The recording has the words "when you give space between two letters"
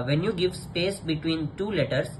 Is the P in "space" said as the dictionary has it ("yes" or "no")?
yes